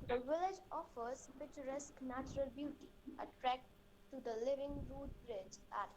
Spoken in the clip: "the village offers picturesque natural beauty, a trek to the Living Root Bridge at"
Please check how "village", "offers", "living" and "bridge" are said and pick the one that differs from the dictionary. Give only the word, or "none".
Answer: none